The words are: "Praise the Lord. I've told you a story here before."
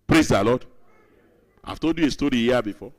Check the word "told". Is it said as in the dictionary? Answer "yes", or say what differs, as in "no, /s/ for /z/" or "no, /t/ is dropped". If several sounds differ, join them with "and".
no, /l/ is dropped